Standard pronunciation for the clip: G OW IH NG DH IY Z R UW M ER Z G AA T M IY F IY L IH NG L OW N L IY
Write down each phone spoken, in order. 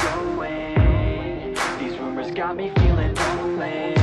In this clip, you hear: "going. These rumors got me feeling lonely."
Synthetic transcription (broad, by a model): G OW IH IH DH IY Z R UW M ER Z G AA T M IY F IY L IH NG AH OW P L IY